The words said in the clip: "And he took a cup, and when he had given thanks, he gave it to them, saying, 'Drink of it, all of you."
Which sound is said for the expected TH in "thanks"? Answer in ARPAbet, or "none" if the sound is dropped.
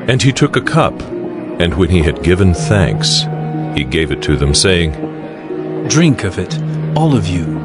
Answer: TH